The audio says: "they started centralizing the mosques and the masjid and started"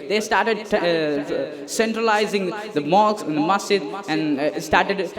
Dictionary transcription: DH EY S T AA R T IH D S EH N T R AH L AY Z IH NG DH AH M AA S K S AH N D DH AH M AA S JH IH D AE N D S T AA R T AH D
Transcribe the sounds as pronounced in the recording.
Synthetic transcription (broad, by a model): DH EY S T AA R T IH D S EH N T R AH L AY Z IH NG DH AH M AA K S AH N D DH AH M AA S IH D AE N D S T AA R T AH D